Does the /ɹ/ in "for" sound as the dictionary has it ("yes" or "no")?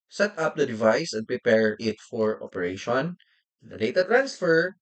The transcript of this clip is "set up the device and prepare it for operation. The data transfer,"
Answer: yes